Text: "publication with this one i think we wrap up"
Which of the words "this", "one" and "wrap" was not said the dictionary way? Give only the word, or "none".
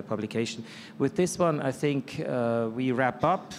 none